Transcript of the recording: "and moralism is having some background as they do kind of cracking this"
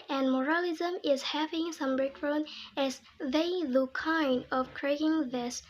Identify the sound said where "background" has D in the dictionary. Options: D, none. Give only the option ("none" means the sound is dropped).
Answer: none